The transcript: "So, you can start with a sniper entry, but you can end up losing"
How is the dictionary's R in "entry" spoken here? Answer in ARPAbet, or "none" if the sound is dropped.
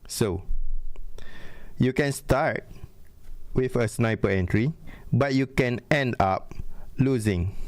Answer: R